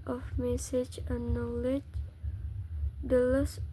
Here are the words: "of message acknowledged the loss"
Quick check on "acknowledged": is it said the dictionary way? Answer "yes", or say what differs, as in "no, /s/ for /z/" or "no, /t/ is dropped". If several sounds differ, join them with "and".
no, /k/ is dropped